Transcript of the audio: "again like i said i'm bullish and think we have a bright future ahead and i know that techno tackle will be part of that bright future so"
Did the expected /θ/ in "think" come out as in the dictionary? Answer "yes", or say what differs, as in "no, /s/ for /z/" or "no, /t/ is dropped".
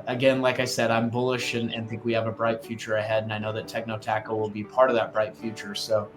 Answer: yes